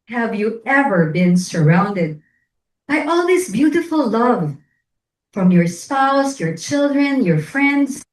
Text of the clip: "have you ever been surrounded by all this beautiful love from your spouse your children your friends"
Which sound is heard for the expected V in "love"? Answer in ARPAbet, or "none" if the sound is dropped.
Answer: V